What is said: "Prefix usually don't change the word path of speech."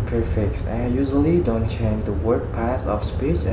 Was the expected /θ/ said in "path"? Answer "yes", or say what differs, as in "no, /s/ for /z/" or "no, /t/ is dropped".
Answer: no, /s/ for /θ/